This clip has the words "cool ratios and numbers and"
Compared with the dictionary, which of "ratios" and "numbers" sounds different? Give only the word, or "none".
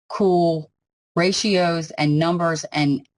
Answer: none